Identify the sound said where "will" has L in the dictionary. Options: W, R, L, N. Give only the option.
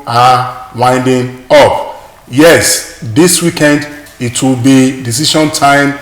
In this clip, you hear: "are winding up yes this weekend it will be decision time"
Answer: L